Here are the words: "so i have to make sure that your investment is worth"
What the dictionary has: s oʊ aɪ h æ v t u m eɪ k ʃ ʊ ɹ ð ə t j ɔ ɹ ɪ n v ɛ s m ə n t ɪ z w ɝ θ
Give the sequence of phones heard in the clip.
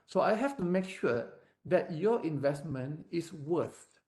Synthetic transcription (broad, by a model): s oʊ aɪ h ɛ f t u m eɪ k ʃ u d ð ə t j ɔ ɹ ɪ n v ɛ s m ə n t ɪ s w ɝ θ